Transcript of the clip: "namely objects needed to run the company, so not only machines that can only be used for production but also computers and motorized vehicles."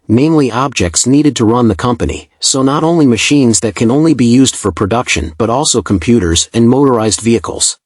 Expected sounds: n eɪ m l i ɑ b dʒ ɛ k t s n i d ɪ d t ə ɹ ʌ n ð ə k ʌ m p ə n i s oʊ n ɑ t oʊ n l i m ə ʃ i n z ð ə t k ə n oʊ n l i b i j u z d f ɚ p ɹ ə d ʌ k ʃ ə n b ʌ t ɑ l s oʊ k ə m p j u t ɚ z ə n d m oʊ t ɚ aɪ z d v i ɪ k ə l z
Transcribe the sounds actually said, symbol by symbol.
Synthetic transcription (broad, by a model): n eɪ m l i ɑ b dʒ ɛ k t s n i d ɪ d t ə ɹ ʌ n ð ə k ʌ m p ə n i s oʊ n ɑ t oʊ n l i m ə ʃ i n z ð ə t k ə n oʊ n l i b i j u z d f ɚ p ɹ ə d ʌ k ʃ ə n b ʌ t ɑ l s oʊ k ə m p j u t ɚ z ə n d m oʊ t ɚ aɪ z d v i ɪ k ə l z